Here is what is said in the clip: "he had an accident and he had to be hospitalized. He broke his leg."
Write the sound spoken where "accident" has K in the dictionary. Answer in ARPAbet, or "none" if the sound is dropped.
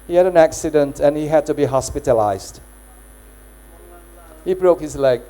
K